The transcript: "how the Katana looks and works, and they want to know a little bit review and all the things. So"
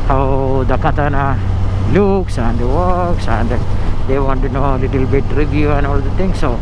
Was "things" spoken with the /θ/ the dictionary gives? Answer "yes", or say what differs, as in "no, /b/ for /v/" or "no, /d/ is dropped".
no, /t/ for /θ/